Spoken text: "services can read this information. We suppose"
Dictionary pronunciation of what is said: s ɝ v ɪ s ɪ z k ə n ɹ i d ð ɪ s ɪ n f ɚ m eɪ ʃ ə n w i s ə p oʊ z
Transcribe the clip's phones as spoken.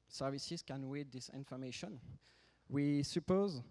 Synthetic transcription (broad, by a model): s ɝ v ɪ s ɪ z k ə n w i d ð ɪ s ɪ n f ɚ m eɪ ʃ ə n w i s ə p oʊ z